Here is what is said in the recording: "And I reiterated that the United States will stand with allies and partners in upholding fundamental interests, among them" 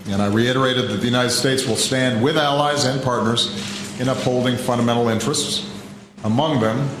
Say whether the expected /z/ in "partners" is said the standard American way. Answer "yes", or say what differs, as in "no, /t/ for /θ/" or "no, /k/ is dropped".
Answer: yes